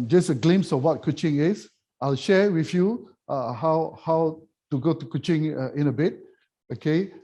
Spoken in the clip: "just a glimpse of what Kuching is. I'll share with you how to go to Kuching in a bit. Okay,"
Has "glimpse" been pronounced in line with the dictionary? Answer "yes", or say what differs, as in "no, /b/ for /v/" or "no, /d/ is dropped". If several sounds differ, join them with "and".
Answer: no, /p/ is dropped